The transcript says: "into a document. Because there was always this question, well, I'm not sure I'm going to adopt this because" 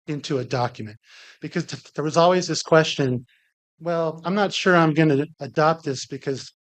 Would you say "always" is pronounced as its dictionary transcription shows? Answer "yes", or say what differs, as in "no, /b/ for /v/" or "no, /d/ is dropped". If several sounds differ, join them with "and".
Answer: yes